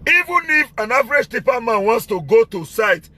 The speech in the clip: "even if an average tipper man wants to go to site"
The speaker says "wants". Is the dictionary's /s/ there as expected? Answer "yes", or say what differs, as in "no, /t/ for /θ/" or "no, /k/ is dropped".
yes